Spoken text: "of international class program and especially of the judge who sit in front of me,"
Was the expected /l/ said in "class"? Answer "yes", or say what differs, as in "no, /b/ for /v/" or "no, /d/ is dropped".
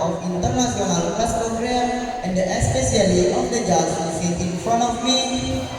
no, /l/ is dropped